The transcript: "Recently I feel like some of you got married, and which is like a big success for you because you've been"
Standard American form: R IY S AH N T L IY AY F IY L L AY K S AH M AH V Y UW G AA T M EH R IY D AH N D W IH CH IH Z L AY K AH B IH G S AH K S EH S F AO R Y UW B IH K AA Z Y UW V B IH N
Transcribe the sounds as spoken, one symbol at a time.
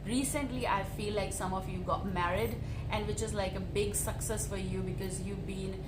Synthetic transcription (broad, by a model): R IY S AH N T L IY AY F IY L L AY K S AH M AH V Y UW G AA T M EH R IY D AH N D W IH CH IH Z L AY K AH B IH G S AH K S EH S F AO R Y UW B IH K AA Z Y UW V B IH N